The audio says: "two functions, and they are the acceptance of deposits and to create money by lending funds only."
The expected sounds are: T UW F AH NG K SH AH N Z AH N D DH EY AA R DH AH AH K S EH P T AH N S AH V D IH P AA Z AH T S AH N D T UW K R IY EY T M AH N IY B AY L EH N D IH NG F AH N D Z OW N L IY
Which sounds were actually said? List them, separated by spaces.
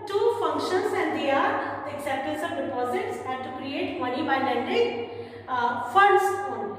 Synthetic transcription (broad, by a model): T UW F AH NG K SH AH N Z AH N D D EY AA R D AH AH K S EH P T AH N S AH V D IH P AA Z AH T S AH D T UW K R IY EY T M AH N IY B AY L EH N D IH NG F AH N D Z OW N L